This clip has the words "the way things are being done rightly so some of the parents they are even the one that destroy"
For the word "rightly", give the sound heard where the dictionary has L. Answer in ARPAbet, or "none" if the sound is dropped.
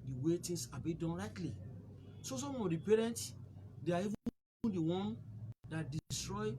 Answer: L